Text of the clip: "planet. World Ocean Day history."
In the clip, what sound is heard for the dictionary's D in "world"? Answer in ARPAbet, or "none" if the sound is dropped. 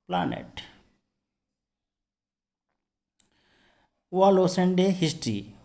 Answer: none